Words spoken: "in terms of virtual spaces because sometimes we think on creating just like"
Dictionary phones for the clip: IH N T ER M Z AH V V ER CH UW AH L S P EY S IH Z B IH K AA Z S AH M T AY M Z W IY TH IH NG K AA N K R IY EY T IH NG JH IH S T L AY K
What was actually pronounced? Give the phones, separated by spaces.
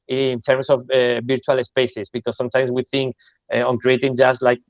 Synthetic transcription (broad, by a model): N T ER M S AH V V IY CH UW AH L S P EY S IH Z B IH K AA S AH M T AY M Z W IY TH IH NG K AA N K R IY EY T IH NG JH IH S L AY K